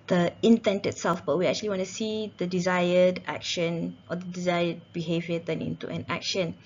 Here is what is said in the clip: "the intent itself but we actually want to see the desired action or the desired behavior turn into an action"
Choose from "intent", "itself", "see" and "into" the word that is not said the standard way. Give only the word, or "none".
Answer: none